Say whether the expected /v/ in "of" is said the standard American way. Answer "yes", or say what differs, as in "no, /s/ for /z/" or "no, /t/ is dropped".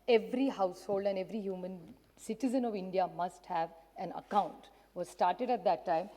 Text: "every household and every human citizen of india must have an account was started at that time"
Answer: yes